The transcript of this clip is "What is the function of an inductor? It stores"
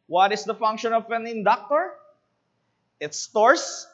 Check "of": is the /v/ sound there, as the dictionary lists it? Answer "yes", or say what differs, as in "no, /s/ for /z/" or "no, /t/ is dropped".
no, /p/ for /v/